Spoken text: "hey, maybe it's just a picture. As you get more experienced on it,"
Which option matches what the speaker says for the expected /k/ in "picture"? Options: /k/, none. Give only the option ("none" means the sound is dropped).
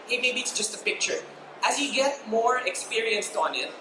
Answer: /k/